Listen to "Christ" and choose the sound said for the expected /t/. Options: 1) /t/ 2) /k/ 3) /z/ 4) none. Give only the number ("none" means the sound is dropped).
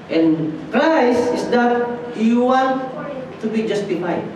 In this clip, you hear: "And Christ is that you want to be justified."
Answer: 4